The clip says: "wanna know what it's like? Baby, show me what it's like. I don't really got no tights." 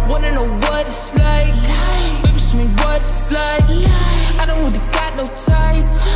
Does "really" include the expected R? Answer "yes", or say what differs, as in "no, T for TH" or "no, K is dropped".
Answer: no, W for R